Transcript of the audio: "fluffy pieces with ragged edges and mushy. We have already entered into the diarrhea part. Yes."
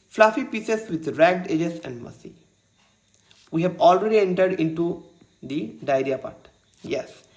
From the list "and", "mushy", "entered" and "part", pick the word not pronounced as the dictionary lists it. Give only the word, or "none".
mushy